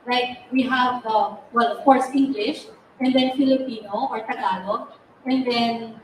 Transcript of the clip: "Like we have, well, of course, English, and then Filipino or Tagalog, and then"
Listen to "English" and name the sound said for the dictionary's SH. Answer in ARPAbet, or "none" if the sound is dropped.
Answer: SH